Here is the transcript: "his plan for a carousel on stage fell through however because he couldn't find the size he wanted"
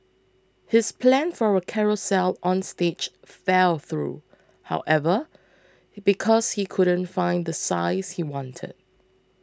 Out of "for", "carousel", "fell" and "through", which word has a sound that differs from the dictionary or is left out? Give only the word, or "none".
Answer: none